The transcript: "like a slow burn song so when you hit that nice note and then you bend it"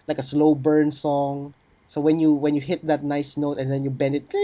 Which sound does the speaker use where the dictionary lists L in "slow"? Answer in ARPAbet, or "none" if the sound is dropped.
L